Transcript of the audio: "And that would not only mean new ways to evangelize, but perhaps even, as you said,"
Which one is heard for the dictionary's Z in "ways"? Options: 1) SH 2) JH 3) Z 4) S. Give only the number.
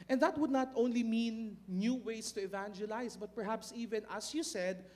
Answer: 4